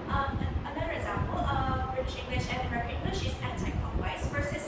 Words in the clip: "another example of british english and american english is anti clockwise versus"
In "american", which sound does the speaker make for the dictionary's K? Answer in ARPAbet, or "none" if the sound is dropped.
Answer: none